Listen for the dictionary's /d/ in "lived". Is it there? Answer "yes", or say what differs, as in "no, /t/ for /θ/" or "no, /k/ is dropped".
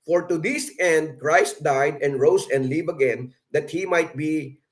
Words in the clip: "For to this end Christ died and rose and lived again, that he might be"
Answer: no, /d/ is dropped